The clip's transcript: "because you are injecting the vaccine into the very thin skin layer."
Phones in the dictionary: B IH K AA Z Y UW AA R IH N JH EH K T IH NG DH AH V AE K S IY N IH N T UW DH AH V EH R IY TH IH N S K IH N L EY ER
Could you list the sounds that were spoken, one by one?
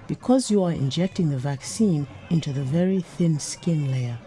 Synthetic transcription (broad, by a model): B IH K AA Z Y UW AA R IH N JH EH K T IH NG DH AH V AE K S IY N IH N T UW DH AH V EH R IY TH IH N S K IH N L EY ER